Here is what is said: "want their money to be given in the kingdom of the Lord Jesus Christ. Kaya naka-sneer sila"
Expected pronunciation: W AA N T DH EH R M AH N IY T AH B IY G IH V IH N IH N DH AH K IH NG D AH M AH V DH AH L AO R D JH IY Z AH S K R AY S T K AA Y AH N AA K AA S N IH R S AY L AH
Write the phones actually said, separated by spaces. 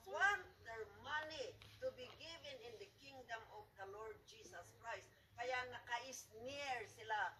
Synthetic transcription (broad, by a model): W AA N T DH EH R M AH N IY T AH B IY G IH V IH N IH N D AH K IH NG D AH M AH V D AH L AO R D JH IY S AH S K R AY S T K AA Y AH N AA K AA S N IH R S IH L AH